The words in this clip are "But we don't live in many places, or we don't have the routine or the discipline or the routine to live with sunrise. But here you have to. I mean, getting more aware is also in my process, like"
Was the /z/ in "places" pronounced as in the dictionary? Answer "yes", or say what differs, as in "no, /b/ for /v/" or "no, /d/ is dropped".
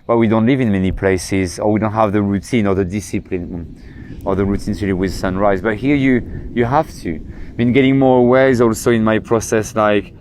yes